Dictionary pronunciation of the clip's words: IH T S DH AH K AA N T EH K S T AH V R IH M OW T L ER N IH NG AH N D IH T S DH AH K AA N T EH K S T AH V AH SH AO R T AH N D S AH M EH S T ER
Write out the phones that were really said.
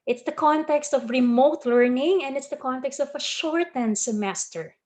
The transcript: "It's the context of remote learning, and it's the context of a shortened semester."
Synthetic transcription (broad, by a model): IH T S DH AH K AA N T EH K S T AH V R IH M OW T L ER N IH NG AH N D IH T S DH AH K AA N T EH K S T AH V AH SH AO R T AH N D S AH M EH S T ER